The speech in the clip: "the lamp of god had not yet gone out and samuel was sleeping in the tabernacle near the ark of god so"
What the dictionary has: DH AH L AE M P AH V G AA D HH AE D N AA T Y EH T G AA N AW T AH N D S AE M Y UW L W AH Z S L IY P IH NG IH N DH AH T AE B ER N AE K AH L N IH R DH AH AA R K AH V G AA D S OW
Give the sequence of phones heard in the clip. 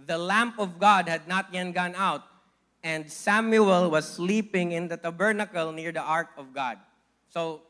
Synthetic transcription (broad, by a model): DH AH L AE M P AH V G AA D HH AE D N AA T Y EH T G AA N AW T AH N D S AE M Y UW L W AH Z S L IY P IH NG IH N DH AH T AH B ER N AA K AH L N IH R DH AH AA R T AH V G AA D S OW